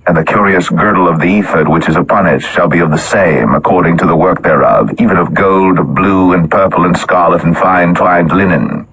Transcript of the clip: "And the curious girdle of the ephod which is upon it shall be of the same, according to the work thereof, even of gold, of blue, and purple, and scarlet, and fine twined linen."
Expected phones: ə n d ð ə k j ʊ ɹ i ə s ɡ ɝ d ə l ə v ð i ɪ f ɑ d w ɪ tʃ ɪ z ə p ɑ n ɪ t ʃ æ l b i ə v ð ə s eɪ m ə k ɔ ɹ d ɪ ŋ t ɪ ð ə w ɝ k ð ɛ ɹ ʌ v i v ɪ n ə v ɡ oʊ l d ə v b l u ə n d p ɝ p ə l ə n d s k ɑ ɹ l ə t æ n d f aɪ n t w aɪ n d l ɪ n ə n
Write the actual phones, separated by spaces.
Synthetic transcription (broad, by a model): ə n ð ə k j ʊ ɹ i ə s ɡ ɝ d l ə v ð i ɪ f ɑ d w ɪ tʃ ɪ z ə p ɑ n ɪ t ʃ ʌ l b i ə v ð ə s eɪ m ə k ɔ ɹ d ɪ ŋ t ɪ ð ə w ɝ k ð ɛ ɹ ʌ v i v ɪ n ə v ɡ oʊ l d b l u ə n p ɝ p l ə n s k ɑ ɹ l ə t n f aɪ n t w aɪ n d l ɪ n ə n